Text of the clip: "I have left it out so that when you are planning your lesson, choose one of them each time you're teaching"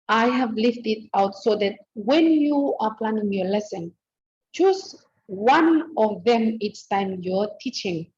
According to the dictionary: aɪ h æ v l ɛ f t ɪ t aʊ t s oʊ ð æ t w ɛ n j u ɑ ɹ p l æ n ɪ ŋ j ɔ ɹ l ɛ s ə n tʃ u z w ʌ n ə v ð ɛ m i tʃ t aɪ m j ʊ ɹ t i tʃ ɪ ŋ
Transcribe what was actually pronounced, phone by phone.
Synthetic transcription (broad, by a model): aɪ h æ v l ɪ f t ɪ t aʊ t s oʊ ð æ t w ɛ n j u ɑ ɹ p l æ n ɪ ŋ j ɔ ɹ l ɛ s ə n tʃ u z w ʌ n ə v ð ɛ m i s t aɪ m j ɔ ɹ t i tʃ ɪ ŋ